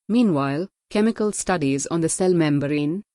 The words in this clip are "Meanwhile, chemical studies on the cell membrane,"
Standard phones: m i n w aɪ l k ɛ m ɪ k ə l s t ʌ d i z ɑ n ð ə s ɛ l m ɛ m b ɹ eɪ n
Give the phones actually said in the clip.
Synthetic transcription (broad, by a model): m i n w aɪ l k ɛ m ɪ k ə l s t ʌ d i z ɑ n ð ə s ɛ l m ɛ m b ɹ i n